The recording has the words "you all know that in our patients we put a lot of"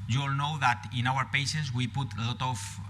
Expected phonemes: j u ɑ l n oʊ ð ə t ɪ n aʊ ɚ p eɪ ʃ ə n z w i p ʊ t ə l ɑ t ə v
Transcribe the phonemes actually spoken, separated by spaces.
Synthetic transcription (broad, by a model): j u l n oʊ ð ə t ɪ n aʊ ɚ p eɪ s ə z w i p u t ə l ɑ t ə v